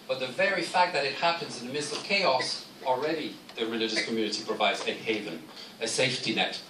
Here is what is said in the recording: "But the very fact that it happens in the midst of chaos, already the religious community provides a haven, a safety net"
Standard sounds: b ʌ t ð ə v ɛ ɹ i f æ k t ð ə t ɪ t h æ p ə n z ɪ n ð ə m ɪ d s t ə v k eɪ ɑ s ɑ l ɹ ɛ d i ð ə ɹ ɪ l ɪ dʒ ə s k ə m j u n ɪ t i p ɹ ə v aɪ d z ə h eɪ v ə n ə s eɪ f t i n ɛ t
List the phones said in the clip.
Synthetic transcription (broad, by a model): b ʌ t ð ə v ɛ ɹ i f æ k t ð ə t ɪ t h æ p ə n z ɪ n ð ə m ɪ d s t ə v k eɪ ɑ s ɑ l ɹ ɛ d i ð ə ɹ ɪ l ɪ dʒ ə s k ə m j u n ɪ t i p ɹ ə v aɪ d z ə h eɪ v ə n ə s eɪ f t i n ɛ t